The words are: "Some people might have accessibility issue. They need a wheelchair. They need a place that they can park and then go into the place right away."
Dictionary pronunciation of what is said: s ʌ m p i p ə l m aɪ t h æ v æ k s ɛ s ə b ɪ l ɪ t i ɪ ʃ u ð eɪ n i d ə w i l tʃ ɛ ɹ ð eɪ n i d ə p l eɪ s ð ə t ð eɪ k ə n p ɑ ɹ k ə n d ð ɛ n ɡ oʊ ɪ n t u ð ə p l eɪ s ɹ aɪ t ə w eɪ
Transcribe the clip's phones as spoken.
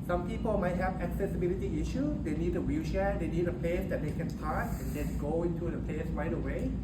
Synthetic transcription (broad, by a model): s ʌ m p i p ə l m aɪ t h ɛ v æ k s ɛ s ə b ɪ l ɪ t i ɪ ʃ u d eɪ n i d ə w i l ʃ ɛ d eɪ n i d ə p l eɪ s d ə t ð eɪ k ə n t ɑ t ə n d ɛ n ɡ oʊ ɪ n t u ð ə p l eɪ s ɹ aɪ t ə w eɪ